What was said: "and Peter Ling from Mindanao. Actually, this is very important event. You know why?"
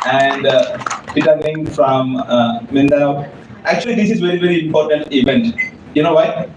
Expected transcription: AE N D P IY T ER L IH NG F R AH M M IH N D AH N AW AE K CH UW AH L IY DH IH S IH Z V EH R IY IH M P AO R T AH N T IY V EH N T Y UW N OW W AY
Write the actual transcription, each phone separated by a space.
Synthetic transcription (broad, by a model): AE N D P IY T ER N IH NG F R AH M M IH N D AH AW AE K CH UW AH L IY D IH S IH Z V EH R IY IH M P AO R T AH N T IY V EH N T Y UW N OW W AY